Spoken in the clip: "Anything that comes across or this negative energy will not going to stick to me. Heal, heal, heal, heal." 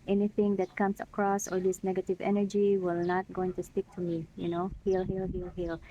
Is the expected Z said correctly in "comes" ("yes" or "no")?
no